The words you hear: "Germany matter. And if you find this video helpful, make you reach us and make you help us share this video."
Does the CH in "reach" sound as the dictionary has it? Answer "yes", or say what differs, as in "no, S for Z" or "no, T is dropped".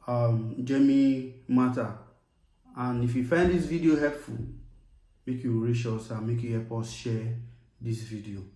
no, SH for CH